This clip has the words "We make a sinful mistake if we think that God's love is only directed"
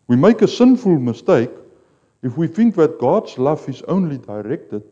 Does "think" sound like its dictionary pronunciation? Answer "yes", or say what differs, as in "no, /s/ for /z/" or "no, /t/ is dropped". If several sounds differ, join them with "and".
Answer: yes